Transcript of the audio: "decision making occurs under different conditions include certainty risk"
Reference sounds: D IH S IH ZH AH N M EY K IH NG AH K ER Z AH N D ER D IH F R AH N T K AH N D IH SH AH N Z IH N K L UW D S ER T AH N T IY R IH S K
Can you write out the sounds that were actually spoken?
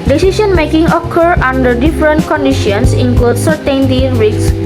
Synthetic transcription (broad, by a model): D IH S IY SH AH N M EY K IH NG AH K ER AH N D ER D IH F R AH N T K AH N D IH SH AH N S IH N K L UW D S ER T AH N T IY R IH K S